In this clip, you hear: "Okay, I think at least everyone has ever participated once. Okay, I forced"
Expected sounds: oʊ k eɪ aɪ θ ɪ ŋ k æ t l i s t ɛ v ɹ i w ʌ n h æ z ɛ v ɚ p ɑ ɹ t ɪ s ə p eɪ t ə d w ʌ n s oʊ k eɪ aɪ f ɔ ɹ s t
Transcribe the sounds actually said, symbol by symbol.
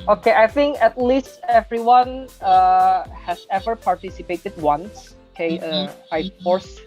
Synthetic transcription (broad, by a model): oʊ k eɪ aɪ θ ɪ ŋ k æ t l i s t ɛ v ɹ i w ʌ n h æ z ɛ v ɚ p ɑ ɹ t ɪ s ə p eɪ t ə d w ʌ n s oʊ k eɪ aɪ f ɔ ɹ s